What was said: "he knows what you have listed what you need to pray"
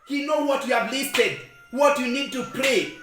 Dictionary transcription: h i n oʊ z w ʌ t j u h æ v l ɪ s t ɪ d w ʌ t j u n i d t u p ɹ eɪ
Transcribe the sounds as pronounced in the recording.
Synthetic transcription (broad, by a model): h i n oʊ w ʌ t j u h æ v l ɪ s t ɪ d w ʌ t j u n i d t u p ɹ eɪ